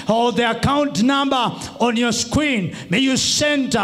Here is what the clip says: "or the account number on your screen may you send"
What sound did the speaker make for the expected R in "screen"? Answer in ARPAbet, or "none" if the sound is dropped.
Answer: W